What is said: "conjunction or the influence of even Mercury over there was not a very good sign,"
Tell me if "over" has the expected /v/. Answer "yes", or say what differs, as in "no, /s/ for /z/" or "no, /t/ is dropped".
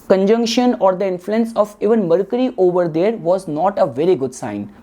yes